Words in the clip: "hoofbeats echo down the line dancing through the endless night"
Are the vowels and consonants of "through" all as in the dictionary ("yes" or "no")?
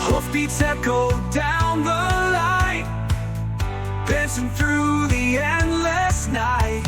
yes